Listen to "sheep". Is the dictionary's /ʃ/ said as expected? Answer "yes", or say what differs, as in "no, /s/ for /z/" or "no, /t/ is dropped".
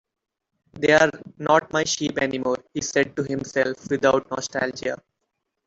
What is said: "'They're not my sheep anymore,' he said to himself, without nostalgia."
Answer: yes